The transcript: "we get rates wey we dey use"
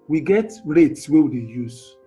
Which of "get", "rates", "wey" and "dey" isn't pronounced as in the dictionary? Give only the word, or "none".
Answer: none